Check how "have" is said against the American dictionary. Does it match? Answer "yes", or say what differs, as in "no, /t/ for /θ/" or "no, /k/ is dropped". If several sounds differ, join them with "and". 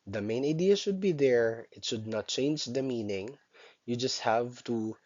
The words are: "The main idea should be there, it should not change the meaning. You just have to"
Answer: yes